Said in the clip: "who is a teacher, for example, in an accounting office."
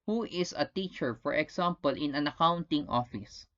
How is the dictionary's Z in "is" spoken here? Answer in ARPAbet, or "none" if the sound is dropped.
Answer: S